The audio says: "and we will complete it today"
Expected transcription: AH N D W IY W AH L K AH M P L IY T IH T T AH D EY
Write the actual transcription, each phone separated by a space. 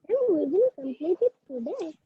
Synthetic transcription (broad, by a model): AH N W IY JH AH N K AH M P L IY T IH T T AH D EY